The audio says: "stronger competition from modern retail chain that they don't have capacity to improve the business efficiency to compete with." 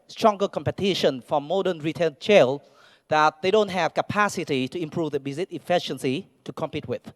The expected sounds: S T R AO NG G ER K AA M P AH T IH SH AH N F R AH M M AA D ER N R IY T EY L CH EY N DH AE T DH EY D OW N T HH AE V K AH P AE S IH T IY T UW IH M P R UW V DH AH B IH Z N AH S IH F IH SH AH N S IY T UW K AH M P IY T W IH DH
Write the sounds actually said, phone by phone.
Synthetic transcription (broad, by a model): S T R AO NG G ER K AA M P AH T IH SH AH N F R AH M M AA D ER N R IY T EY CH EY L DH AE T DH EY D OW N T HH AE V K AH P AE S IH T IY T UW IH M P R UW V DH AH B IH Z AH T IH F IH SH AH N S IY T UW K AH M P IY T W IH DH